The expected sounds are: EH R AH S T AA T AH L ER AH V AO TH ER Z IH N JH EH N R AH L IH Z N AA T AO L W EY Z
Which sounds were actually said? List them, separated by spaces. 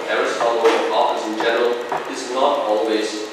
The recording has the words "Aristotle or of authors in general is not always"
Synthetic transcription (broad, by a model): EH R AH S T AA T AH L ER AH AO F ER S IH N JH EH N R AH L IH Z N AA T AO L W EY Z